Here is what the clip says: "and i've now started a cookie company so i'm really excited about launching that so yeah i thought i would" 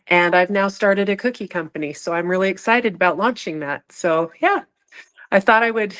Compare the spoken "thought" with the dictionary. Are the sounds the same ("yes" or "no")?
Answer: yes